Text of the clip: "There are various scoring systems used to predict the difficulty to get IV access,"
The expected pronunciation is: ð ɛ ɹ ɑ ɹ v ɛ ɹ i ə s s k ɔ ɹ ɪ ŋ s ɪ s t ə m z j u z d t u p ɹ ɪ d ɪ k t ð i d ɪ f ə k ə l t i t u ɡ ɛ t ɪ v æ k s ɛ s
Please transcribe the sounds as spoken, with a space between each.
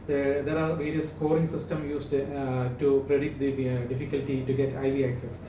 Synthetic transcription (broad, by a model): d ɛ ɹ ɑ ɹ v ɛ ɹ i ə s s k ɔ ɹ ɪ ŋ s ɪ s t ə m j u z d t u p ɹ ɪ d ɪ k t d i d ɪ f ə k ə l t i t u ɡ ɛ t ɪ v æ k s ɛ s